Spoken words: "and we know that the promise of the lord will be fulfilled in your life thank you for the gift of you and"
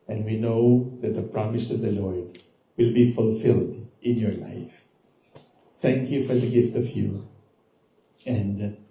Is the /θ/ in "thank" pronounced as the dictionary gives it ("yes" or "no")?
no